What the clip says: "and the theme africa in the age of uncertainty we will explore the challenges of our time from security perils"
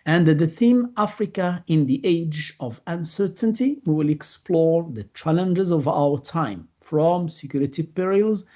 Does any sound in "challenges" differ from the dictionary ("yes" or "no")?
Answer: no